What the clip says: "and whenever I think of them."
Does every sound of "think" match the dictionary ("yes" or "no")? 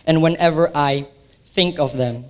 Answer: yes